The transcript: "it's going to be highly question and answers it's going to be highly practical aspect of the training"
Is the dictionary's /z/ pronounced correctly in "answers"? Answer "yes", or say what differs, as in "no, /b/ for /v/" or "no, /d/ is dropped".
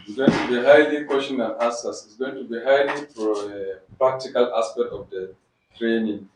no, /s/ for /z/